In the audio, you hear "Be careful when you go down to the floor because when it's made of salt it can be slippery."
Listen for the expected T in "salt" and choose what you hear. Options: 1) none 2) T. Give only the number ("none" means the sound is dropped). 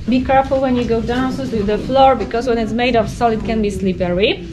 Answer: 1